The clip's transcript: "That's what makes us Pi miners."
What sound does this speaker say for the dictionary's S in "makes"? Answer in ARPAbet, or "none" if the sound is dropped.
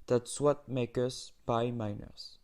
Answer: none